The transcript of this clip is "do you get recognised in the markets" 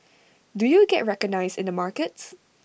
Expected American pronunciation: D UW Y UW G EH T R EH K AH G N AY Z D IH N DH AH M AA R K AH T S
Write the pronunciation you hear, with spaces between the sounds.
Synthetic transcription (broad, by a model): D UW Y UW G EH T R EH K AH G N AY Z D IH N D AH M AA R K AH T S